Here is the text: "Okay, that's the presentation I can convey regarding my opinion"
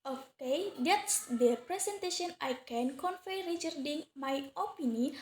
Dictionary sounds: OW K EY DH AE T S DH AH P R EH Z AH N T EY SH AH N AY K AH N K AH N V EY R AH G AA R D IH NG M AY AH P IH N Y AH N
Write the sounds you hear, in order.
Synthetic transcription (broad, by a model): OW K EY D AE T S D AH P R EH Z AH N T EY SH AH N AY K AH N K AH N F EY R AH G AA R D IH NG M AY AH P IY N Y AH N